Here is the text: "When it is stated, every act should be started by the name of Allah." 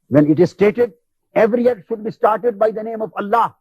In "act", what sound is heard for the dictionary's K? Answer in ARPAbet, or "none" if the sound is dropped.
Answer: none